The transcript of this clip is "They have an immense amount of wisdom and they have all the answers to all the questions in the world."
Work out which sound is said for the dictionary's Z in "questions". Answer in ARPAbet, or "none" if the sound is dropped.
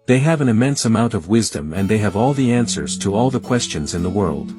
Z